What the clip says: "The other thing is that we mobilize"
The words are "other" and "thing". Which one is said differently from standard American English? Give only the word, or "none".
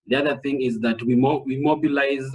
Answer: none